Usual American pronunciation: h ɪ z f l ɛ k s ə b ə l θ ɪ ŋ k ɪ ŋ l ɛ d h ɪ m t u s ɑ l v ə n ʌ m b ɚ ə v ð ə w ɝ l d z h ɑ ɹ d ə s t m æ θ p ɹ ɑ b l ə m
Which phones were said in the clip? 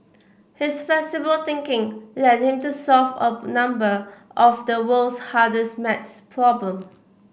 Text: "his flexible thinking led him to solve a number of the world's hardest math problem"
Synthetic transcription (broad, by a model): h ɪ s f l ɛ s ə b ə l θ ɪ ŋ k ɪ ŋ l ɛ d h ɪ m t u s ɑ l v ə n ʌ m b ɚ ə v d ə w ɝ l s h ɑ d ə s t m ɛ s p ɹ ɑ b l ə m